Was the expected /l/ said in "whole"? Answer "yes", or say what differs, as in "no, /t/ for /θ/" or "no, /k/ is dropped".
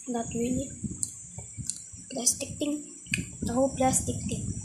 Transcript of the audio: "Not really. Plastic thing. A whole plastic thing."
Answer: no, /w/ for /l/